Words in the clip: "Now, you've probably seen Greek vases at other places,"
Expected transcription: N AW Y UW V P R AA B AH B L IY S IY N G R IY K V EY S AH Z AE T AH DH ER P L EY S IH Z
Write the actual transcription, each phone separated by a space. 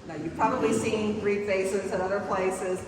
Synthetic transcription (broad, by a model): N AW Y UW P P R AA B AH B L IY S IY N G R IY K F EY S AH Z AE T AH DH ER P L EY S IH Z